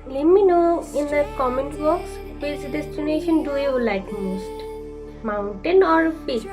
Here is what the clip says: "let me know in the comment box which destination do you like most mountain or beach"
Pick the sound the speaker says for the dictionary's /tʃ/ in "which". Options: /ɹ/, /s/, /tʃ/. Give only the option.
/s/